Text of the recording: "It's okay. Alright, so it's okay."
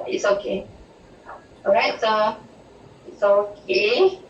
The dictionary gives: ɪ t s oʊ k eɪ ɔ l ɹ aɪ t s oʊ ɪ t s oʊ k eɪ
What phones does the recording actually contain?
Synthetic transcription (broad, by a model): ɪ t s oʊ k eɪ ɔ ɹ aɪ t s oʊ ɪ t s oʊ k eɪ